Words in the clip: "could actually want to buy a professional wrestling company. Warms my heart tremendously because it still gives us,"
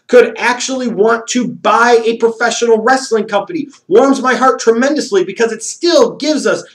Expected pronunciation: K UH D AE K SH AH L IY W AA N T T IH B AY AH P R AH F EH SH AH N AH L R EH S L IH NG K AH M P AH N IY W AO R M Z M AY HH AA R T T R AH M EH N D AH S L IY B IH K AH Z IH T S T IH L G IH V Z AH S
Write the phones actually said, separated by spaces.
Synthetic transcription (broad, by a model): K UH D AE K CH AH L IY W AA N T T IH B AY AH P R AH F EH SH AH N L R EH S L IH NG K AH M P AH N IY W AO R M Z M AY HH AA R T T R AH M EH N D AH S L IY B IH K AH Z IH T S T IH L G IH V Z AH S